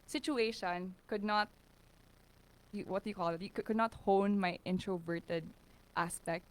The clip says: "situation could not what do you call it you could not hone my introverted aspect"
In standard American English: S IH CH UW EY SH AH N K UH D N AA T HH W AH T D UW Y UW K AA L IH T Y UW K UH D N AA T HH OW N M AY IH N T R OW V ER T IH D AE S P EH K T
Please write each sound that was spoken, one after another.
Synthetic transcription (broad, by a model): S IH CH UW EY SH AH N K UH D N AA T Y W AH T D UW Y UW K AA L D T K K UH D N AA T HH OW N M AY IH N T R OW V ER T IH D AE S P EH K T